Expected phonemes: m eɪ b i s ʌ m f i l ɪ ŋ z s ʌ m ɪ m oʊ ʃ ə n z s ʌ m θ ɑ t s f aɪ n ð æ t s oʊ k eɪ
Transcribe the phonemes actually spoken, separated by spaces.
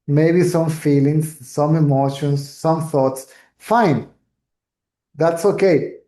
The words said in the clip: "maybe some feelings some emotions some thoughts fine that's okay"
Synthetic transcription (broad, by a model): m eɪ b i s ʌ m f i l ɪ ŋ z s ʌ m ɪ m oʊ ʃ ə n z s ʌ m θ ɑ t s f aɪ n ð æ t s oʊ k eɪ